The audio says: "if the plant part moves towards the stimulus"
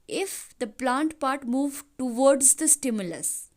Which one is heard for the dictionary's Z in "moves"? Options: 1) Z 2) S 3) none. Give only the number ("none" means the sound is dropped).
3